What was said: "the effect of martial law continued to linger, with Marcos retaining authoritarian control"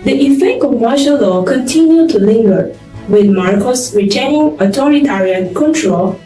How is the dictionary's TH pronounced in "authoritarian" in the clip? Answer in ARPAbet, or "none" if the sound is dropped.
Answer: T